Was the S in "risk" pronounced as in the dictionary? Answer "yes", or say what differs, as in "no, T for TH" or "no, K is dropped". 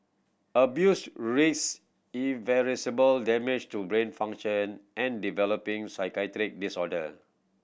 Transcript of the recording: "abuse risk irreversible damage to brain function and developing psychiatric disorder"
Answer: no, S is dropped